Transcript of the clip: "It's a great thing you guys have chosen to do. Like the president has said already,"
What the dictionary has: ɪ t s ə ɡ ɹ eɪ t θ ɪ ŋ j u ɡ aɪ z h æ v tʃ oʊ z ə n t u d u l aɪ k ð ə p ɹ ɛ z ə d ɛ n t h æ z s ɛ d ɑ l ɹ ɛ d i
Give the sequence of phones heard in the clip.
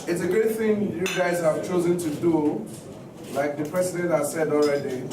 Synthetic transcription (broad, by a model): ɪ t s ə ɡ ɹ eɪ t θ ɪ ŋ j u ɡ aɪ z h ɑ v tʃ oʊ z ə n t u d u l aɪ k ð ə p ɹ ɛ s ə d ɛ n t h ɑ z s ɛ d ɑ l ɹ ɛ d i